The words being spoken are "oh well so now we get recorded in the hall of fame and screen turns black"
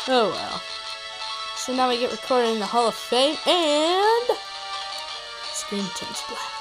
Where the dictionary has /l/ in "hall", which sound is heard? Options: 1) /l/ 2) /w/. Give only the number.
1